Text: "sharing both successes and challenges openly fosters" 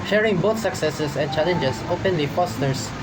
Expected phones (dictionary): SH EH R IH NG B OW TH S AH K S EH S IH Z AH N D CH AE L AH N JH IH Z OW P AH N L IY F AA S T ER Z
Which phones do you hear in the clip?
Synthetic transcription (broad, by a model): SH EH R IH NG B OW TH S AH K S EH S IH S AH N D CH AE L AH N JH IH S OW P AH N L IY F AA S T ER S